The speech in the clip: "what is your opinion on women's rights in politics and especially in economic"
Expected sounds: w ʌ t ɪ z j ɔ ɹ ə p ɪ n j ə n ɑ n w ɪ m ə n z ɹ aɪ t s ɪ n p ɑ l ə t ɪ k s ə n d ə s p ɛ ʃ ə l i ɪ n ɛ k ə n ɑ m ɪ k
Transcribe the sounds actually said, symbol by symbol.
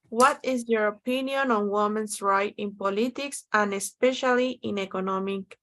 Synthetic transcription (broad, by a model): w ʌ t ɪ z j ɔ ɹ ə p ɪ n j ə n ɑ n w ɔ m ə n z ɹ aɪ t ɪ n p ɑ l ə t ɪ k s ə n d ə s p ɛ ʃ ə l i ɪ n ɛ k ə n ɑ m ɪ k